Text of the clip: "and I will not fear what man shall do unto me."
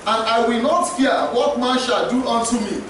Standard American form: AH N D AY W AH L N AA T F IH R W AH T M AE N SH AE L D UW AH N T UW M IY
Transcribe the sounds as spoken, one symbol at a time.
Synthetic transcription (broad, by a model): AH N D AY W AH L N AA T F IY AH W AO T M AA N SH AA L D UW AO N T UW M IY